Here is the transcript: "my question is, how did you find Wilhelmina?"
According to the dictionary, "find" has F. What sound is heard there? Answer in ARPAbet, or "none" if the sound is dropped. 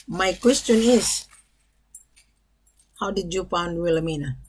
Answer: P